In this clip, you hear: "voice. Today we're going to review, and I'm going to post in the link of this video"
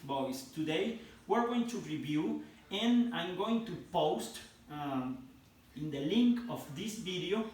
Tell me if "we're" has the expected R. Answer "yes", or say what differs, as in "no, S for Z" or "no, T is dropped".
yes